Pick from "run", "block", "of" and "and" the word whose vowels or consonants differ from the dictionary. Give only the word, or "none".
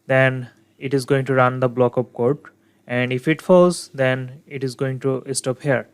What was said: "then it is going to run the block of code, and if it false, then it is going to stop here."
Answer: of